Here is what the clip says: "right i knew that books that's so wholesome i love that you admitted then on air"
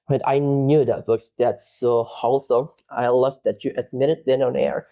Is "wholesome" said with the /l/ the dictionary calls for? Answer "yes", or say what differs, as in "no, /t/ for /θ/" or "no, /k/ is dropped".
yes